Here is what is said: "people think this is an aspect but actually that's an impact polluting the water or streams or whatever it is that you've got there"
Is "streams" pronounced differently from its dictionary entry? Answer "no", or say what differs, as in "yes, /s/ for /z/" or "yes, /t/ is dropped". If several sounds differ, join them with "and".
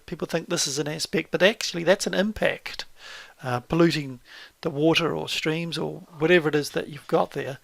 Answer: no